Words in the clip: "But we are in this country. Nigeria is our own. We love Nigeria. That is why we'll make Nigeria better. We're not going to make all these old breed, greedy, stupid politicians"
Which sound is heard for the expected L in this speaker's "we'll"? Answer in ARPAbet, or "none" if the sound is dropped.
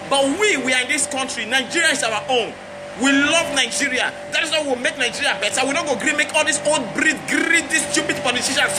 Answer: W